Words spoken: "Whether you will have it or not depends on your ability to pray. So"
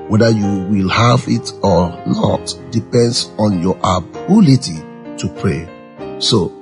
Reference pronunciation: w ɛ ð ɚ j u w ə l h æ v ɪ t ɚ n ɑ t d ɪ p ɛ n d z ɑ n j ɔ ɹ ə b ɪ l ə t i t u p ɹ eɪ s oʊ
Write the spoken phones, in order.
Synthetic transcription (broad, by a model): w ɛ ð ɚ j u w ə l h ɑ v ɪ t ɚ n ɑ t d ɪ p ɛ n d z ɑ n j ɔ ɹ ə b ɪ l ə t i t u p ɹ eɪ s oʊ